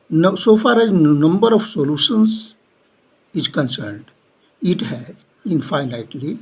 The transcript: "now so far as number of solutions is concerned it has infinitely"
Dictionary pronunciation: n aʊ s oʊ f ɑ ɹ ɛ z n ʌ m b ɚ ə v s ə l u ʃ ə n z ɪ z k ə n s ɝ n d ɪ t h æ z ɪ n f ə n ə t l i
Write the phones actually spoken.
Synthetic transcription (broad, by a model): n s oʊ f ɑ ɹ ɛ z n ʌ m b ɚ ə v s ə l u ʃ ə n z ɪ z k ə n s ɝ n d ɪ t h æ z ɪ n f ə n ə t l i